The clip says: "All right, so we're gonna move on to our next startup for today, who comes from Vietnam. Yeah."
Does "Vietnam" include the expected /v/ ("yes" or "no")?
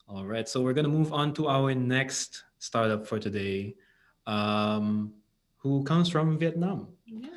yes